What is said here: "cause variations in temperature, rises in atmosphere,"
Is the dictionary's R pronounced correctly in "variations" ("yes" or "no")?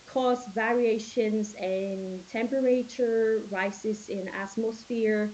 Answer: yes